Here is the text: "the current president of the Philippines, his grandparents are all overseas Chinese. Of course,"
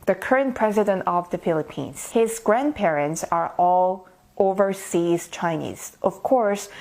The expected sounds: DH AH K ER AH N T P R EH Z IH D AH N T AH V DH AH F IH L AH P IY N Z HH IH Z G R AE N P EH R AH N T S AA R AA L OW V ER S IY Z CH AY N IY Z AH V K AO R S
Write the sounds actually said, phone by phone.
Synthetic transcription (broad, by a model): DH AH K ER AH N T P R EH Z IH D AH N T AH V DH AH F IH L AH P IY N Z HH IH Z G R AE N P EH R AH N T S AA R AA L OW V ER S IY Z CH AY N IY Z AH V K AO R S